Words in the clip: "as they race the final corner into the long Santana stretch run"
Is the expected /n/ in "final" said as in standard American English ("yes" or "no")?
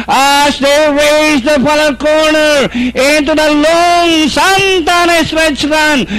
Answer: no